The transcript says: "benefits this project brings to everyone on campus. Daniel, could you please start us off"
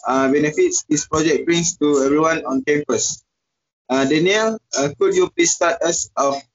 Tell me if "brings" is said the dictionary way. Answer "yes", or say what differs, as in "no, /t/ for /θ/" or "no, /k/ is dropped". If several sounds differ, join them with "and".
no, /s/ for /z/